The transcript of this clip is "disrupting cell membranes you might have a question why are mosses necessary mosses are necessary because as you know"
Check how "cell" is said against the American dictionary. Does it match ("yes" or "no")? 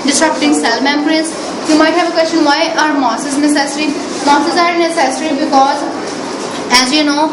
yes